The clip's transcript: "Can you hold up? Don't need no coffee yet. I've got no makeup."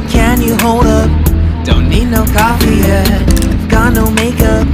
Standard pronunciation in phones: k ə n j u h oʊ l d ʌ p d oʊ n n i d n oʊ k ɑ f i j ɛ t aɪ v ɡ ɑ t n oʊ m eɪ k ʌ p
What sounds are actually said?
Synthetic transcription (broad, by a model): k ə n j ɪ h oʊ l d ʌ p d oʊ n n i d n oʊ k ɑ f i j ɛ aɪ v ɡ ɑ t n oʊ m eɪ k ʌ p